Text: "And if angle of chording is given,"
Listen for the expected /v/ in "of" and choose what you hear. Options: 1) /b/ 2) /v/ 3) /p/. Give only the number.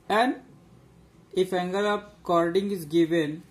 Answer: 3